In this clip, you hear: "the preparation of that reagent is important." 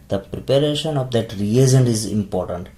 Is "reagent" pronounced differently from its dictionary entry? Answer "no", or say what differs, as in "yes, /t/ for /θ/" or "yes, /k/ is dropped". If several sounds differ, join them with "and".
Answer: yes, /t/ is dropped